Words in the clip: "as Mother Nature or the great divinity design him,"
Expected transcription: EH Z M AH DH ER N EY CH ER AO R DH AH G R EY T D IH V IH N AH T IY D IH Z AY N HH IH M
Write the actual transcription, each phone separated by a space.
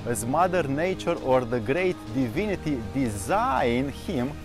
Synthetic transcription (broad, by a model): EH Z M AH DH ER N EY CH ER AO R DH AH G R EY T D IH V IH N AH T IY D IH Z AY N HH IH M